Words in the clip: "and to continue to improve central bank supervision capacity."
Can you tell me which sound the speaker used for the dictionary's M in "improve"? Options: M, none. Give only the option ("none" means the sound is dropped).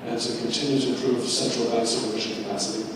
none